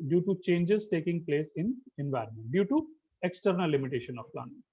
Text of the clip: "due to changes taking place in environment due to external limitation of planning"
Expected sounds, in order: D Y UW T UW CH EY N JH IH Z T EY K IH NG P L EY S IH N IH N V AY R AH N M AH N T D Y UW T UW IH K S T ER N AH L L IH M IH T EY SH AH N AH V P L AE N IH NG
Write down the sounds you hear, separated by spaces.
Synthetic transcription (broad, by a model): D Y UW T UW CH EY N JH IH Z T EY K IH NG P L EY S IH N IH N V AY R AH N M AH N T D Y UW T UW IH K S T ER N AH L L IH M IH T EY SH AH N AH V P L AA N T